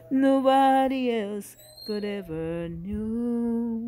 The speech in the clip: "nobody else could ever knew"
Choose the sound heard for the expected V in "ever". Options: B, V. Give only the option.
V